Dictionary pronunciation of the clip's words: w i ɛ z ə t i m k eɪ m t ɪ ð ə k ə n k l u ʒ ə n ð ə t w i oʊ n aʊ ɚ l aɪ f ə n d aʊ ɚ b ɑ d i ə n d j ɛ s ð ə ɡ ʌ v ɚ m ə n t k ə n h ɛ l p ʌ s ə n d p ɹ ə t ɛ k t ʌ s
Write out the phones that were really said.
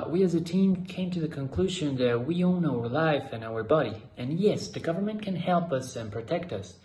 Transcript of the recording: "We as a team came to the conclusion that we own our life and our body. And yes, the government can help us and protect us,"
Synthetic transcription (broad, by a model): w i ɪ z ə t i m k eɪ m t ɪ ð ə k ə n k l u ʒ ə n ð ə t w i oʊ n aʊ ɚ l aɪ f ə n aʊ ɚ b ɑ d i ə n j ɛ s ð ə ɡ ʌ v ɚ m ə n k ə n h ɛ l p ʌ s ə n p ɹ ə t ɛ k t ʌ s